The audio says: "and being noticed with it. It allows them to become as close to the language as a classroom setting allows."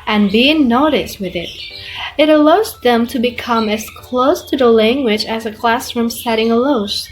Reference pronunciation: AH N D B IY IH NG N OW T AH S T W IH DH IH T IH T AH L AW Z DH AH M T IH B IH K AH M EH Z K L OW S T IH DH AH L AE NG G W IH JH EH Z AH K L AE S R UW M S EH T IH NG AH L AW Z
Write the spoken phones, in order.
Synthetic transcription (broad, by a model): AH N B IY IH NG N OW T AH S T W IH DH IH T IH T AH L AW Z DH AH M T IH B IH K AH M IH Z K L OW S T IH DH AH L AE NG G W IH JH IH Z AH K L AE S R UW M S EH T IH NG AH L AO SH